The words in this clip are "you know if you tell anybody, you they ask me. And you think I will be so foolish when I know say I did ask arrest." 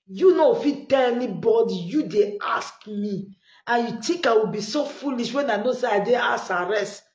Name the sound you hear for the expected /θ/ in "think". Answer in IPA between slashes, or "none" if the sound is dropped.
/t/